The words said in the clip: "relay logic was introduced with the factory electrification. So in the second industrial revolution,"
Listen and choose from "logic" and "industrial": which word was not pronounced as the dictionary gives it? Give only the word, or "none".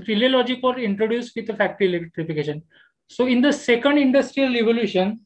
none